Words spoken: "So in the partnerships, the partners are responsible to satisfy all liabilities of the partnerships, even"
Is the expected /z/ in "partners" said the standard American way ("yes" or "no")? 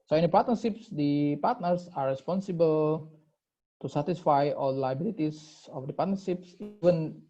no